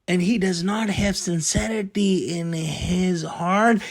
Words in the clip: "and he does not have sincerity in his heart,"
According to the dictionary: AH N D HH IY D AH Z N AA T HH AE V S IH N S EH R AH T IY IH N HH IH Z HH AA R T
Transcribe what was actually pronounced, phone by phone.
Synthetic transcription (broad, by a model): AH N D HH IY D AH Z N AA T HH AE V S IH N S EH R AH T IY IH N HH IH Z HH AA R T